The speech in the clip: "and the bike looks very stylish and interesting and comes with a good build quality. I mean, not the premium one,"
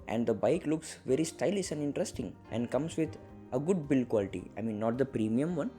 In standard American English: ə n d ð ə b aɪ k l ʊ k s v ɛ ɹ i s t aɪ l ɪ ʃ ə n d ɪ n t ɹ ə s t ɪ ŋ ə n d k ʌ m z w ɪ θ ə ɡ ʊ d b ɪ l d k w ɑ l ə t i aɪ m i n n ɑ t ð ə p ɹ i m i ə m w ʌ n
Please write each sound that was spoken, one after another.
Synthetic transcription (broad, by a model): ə n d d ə b aɪ k l ʊ k s v ɛ ɹ i s t aɪ l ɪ s ə n d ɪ n t ɹ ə s t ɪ ŋ ə n d k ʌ m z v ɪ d ə ɡ ʊ d b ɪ l k w ɑ l ə t i aɪ m i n n ɑ t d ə p ɹ i m i ə m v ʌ n